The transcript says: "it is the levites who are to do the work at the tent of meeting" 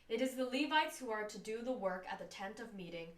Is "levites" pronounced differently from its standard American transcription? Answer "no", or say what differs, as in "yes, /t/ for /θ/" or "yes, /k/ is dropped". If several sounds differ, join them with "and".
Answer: no